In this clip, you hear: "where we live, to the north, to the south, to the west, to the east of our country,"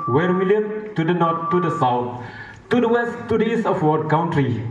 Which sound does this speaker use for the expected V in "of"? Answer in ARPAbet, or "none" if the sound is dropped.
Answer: W